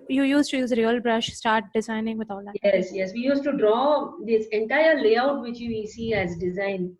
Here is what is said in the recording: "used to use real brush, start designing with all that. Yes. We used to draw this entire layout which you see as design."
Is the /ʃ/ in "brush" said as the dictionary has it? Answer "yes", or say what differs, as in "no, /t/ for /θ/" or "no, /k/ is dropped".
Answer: yes